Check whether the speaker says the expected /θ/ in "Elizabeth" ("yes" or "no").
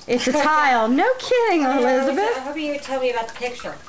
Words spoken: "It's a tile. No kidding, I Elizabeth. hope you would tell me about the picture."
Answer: no